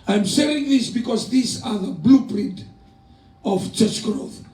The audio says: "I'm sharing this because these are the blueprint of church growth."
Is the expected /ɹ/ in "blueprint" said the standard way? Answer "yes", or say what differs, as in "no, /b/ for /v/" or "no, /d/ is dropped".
yes